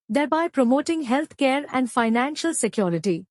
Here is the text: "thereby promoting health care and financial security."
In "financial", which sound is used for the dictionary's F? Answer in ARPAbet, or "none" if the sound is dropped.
F